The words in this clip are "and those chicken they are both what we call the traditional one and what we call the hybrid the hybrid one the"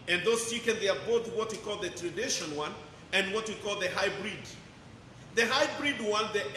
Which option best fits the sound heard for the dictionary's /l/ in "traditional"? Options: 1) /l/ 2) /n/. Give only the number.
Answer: 2